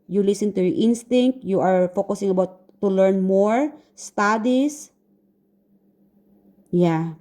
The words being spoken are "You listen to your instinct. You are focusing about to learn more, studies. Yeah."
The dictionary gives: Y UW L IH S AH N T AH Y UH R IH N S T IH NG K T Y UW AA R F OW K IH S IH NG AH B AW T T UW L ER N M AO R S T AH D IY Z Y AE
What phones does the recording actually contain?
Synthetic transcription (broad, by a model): Y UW L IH S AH N T AH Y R IH N S T IH NG K T Y UW AA R F OW K IH S IH NG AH B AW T T UW L ER N M AO R S T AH D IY S Y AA